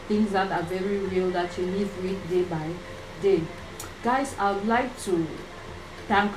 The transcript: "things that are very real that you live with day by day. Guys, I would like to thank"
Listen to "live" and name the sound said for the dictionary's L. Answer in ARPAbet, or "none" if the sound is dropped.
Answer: N